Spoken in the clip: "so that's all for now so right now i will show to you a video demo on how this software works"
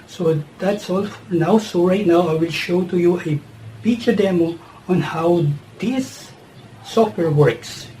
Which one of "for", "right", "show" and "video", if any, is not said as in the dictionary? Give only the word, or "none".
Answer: video